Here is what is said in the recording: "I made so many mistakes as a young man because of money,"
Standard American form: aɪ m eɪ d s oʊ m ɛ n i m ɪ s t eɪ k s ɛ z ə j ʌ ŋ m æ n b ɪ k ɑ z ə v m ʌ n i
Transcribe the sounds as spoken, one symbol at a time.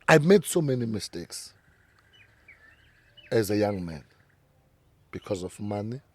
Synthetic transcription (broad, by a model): aɪ m eɪ d s oʊ m ɛ n i m ɪ s t eɪ k s ɛ z ə j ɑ ŋ m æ n b ɪ k ɑ z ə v m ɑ n i